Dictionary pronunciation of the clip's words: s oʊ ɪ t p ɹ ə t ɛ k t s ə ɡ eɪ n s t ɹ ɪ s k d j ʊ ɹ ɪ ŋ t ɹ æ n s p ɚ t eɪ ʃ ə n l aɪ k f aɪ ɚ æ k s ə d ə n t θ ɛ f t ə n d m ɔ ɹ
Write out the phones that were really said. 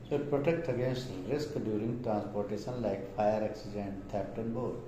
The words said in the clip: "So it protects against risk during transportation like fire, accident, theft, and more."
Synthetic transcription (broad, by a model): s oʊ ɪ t p ɹ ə t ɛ k t ə ɡ eɪ n s t ɹ ɪ s k d j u ɹ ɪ ŋ t ɹ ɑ n s p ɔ t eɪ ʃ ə n l aɪ k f aɪ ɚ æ k s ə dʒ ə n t t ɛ p t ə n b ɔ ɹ